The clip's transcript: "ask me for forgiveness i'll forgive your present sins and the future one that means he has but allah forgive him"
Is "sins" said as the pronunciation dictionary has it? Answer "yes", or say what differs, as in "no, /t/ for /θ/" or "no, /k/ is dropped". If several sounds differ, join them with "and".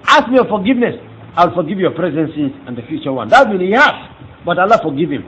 no, /n/ is dropped